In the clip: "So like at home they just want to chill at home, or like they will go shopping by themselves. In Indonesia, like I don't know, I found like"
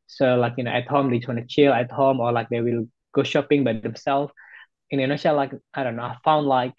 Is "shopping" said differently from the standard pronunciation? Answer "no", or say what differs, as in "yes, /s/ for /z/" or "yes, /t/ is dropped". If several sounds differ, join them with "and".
no